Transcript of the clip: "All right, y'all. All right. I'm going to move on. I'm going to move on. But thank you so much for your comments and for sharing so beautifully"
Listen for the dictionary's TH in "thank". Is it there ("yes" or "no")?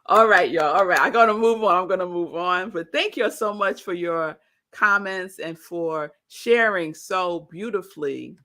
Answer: yes